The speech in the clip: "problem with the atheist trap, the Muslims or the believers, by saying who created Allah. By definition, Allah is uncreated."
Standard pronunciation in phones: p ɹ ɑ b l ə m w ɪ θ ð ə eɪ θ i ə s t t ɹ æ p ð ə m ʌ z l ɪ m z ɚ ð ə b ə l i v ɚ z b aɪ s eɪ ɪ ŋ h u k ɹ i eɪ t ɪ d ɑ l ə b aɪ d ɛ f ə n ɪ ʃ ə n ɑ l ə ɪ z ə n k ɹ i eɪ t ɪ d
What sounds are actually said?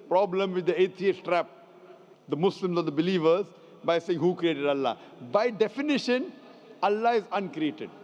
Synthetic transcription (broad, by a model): p ɹ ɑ b l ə m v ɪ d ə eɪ t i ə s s t ɹ æ p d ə m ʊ s l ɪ m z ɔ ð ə b ə l i v ɚ z b aɪ s eɪ ɪ ŋ h u k ɹ i eɪ t ɪ d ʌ l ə b aɪ d ɛ f ə n ɪ ʃ ə n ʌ l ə ɪ z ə n k ɹ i eɪ t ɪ d